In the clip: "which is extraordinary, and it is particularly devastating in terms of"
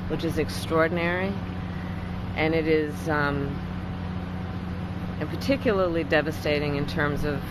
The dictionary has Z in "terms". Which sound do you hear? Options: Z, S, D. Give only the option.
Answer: Z